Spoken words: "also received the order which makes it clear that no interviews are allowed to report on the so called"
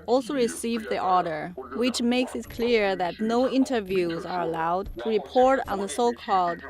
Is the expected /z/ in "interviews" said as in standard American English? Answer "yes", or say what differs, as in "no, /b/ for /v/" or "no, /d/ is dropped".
yes